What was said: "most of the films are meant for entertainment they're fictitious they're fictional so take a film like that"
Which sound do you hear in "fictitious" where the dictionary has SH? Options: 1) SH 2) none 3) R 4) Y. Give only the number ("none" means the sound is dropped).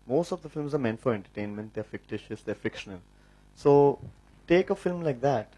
1